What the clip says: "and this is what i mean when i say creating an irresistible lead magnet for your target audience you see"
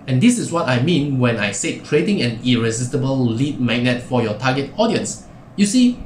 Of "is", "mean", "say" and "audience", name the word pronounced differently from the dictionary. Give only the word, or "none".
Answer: is